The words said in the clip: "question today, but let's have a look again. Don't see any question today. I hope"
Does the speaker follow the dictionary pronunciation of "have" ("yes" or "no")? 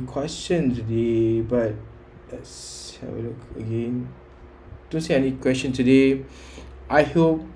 no